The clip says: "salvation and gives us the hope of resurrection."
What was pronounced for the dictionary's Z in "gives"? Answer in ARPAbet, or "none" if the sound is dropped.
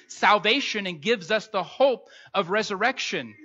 Z